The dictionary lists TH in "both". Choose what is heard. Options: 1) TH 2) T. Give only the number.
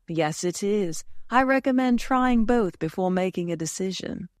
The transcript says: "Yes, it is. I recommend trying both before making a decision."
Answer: 1